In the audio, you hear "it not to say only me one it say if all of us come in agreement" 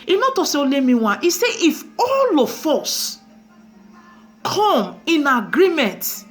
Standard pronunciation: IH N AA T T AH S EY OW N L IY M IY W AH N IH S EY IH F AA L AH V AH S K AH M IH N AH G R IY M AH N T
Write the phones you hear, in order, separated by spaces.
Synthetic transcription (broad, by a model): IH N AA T T AH S EY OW L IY M IY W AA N IH S EY IH F AA L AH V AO S K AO M IH N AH G R IY M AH N T